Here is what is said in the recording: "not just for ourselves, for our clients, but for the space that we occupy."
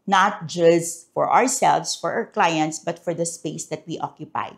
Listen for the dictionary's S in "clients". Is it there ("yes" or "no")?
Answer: yes